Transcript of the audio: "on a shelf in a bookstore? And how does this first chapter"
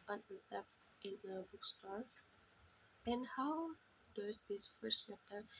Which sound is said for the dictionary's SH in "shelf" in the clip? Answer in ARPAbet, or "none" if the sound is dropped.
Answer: S